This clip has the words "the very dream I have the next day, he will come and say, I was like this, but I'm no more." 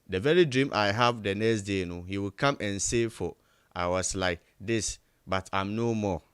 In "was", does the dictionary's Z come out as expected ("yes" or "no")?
no